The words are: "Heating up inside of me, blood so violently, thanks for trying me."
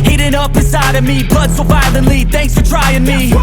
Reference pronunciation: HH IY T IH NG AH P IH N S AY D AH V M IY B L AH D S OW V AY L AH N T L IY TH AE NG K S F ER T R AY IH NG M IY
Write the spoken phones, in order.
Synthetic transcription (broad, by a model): HH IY T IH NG AH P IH S AY D AH V M IY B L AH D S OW B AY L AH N L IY TH AE NG K S F ER T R AY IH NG M IY